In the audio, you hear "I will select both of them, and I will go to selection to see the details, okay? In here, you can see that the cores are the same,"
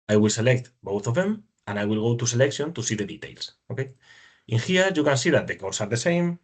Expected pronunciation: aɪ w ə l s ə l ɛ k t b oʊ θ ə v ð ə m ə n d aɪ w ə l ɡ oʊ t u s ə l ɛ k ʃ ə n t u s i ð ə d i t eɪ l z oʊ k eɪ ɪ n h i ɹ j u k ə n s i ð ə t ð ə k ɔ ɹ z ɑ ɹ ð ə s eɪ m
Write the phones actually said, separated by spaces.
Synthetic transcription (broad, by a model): aɪ w ə l s ə l ɛ k t b oʊ θ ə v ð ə m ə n aɪ w ə l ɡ oʊ t u s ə l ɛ k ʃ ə n t u s i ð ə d i t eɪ l s oʊ k eɪ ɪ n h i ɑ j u k ə n s i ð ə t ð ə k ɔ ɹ s ɑ ɹ ð ə s eɪ m